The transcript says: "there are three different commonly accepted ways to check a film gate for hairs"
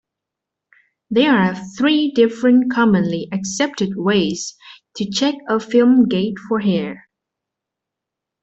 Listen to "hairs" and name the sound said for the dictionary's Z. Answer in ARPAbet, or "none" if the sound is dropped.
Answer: none